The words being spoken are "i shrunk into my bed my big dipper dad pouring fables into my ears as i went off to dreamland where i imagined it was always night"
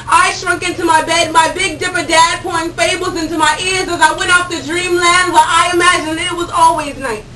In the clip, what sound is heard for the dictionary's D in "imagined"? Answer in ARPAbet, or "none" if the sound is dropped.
none